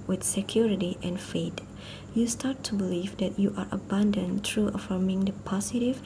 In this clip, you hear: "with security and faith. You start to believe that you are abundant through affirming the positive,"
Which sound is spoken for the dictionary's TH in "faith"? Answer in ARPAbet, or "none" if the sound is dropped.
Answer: T